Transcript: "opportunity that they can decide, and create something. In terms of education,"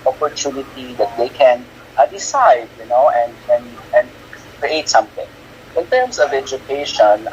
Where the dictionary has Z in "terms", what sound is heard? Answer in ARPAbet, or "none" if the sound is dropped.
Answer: S